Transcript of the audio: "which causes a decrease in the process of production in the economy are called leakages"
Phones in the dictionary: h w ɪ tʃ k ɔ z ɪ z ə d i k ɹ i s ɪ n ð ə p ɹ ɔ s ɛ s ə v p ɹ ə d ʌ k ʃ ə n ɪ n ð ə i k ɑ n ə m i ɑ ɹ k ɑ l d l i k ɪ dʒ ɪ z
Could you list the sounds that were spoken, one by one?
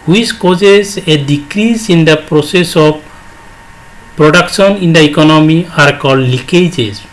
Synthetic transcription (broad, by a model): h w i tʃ k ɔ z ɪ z ə d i k ɹ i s ɪ n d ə p ɹ ɔ s ɛ s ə b p ɹ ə d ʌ k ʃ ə n ɪ n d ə i k ɑ n ə m i ɑ ɹ k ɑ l l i k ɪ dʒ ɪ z